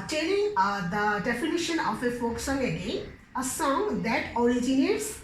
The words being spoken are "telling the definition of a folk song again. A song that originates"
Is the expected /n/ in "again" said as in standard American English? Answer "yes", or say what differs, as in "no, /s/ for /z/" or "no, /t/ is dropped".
no, /n/ is dropped